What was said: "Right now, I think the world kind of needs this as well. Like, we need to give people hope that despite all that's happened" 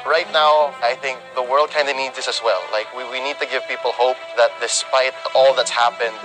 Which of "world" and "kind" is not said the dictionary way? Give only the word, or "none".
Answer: none